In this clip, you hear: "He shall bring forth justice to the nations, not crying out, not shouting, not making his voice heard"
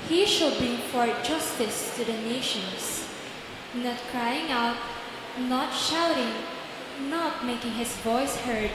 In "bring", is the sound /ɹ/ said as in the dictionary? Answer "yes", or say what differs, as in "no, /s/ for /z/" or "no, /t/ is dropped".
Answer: no, /ɹ/ is dropped